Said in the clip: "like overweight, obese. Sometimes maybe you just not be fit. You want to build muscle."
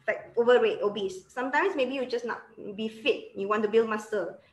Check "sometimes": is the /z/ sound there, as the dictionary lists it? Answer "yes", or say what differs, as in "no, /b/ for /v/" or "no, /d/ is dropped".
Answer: no, /s/ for /z/